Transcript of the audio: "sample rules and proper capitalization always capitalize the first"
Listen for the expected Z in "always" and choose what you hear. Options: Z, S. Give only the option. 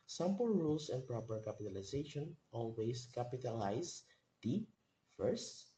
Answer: S